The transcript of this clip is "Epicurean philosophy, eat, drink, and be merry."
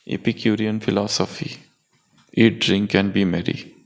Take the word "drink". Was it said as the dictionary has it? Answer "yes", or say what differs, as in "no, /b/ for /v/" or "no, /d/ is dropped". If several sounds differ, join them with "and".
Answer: yes